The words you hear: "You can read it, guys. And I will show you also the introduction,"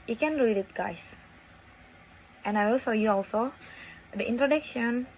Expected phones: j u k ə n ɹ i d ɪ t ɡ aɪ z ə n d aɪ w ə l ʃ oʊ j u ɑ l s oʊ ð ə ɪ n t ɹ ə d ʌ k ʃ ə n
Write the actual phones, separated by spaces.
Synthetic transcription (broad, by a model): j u k ə n ɹ i d ɪ t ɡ aɪ s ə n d aɪ w ə l s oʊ j u ɑ l s oʊ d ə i n t ɹ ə d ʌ k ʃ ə n